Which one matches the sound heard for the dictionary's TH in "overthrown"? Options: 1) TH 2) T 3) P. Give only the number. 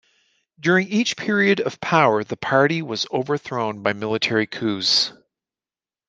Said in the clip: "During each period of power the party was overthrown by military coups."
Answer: 1